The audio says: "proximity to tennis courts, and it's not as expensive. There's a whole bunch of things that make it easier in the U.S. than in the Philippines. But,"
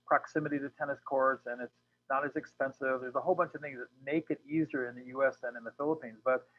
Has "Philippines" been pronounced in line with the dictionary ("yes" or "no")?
yes